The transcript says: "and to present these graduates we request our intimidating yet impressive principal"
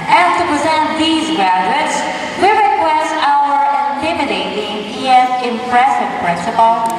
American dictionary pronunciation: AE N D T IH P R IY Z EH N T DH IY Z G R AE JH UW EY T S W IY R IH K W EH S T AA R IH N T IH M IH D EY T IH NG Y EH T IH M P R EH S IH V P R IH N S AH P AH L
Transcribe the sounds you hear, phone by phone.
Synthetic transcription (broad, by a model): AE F T IH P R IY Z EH N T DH IY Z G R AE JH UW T S W IY R IH K W EH S T AA W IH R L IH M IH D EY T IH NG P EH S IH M P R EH S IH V P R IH N S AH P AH L